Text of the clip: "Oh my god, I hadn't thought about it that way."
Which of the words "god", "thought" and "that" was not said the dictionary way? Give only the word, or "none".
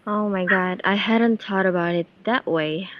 thought